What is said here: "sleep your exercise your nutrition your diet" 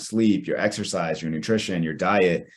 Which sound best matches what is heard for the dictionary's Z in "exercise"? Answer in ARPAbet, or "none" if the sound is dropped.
Z